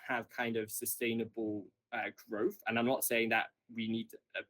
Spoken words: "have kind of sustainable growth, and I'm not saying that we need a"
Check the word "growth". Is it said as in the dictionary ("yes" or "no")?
yes